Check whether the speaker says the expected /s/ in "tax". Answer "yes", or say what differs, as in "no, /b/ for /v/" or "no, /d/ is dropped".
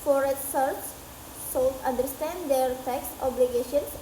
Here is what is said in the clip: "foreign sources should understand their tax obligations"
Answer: yes